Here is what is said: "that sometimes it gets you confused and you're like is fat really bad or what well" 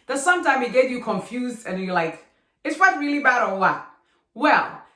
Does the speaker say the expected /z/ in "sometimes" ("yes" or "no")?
no